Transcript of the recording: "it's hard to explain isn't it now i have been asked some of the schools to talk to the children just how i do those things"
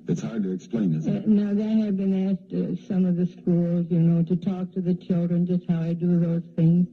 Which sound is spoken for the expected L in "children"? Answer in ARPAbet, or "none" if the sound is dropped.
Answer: L